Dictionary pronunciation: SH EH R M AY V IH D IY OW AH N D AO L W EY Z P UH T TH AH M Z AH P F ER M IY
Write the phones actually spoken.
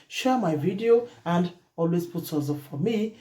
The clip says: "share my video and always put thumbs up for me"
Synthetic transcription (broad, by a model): SH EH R M AY V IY D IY OW AH N D AO L W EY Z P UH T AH Z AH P F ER M IY